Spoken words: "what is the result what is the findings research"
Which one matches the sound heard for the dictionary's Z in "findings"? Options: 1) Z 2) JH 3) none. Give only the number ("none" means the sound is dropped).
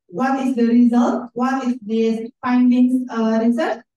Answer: 3